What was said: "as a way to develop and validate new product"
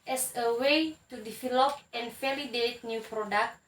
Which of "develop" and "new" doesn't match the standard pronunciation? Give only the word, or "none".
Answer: develop